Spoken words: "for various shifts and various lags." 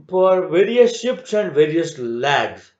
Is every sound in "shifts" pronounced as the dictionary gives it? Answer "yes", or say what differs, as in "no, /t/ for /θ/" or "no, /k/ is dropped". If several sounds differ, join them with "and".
no, /p/ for /f/